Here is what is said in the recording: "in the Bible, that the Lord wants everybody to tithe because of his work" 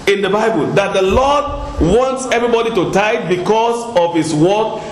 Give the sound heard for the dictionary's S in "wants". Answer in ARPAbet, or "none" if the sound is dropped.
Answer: S